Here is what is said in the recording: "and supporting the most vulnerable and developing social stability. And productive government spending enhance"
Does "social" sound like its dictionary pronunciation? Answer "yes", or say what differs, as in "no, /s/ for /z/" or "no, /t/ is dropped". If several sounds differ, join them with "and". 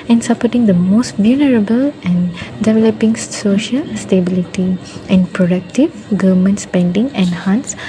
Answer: yes